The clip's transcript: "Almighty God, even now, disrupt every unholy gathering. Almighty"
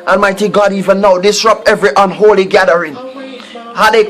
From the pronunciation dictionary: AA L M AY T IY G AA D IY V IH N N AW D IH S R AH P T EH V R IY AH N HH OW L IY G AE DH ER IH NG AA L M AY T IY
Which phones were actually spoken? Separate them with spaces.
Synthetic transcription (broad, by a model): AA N M AY T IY G AA D IY V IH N N AW D IH S R AH P T EH V R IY AH N HH OW L IY G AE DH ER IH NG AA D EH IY